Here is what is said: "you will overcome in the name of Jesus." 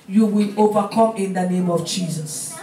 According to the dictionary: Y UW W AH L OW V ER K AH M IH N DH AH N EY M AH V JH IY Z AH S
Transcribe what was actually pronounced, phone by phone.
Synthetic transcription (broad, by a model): Y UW W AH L OW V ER K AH M IH N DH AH N EY M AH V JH IY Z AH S